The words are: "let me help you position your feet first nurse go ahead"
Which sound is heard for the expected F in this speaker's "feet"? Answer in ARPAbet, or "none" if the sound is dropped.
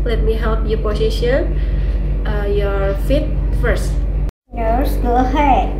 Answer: F